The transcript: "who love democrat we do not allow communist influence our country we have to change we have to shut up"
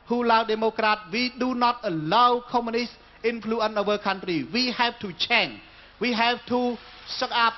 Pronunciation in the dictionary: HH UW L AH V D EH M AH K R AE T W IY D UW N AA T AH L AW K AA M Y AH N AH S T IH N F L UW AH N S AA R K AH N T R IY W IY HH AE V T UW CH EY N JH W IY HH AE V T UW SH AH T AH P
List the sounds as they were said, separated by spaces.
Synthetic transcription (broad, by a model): HH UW L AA W D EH M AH K R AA T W IY D UW N AA T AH L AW K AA M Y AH N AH S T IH N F L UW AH N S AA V K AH N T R IY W IY HH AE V T UW CH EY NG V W IY HH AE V T UW S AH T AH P